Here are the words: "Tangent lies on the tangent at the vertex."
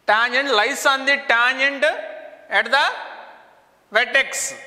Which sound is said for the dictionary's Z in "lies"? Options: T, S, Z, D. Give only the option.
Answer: S